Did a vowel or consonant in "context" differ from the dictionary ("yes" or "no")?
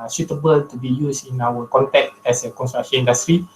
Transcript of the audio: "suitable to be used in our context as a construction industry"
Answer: yes